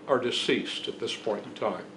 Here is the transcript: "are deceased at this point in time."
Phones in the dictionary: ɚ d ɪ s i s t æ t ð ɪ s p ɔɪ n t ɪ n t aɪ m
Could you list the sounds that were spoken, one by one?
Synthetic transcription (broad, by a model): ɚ d ɪ s i s t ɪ t ð ɪ s p ɔɪ n t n t aɪ m